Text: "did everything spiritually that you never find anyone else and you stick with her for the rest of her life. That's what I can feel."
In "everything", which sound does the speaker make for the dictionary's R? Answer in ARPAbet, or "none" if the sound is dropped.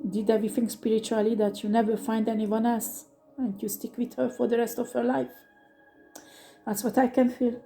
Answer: none